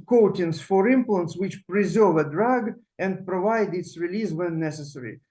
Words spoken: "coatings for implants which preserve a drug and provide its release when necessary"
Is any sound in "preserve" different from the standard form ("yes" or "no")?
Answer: no